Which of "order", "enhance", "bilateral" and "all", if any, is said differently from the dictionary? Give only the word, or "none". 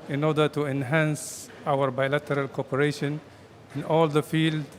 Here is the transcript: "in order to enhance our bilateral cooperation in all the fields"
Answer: none